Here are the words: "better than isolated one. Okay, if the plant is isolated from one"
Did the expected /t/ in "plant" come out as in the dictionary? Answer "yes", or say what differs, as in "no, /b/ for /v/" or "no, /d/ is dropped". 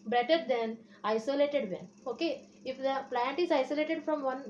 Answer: yes